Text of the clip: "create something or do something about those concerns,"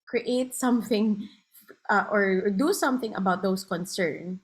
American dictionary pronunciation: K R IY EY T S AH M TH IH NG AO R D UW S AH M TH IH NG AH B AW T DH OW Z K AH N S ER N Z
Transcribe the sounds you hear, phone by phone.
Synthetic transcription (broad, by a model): K R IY EY T S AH M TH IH NG AO R D UW S AH M TH IH NG AH B AW T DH OW S K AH N S ER N